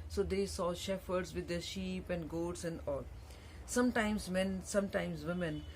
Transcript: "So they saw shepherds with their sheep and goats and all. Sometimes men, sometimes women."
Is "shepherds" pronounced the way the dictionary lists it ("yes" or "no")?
no